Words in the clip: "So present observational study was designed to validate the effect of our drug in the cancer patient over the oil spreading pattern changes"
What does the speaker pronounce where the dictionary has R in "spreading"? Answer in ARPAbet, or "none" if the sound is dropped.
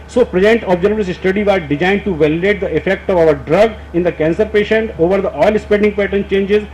none